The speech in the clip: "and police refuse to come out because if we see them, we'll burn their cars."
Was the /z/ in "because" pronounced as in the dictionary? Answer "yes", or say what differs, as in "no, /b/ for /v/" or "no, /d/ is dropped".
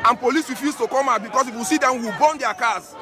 no, /s/ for /z/